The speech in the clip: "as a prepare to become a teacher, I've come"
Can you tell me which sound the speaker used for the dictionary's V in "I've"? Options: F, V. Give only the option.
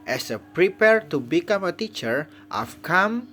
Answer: F